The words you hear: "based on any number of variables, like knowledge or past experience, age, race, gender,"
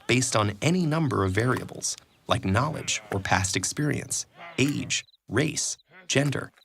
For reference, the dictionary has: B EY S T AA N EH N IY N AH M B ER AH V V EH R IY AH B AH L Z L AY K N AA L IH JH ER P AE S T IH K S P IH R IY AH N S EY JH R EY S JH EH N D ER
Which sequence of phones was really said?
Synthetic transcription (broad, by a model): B EY S T N EH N IY N AH M B ER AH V V EH R IY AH B L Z L AY K N AA L IH JH ER P AE S T IH K S P IH R IY AH N S EY JH R EY S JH EH N D ER